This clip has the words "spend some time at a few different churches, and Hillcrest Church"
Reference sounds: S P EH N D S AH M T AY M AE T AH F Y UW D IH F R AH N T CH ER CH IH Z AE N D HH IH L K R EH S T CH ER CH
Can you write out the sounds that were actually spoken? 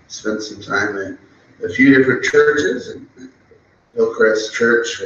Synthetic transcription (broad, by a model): S P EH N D S AH M T AY M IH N AH F Y UW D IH F R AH N CH ER CH IH Z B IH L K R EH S CH ER CH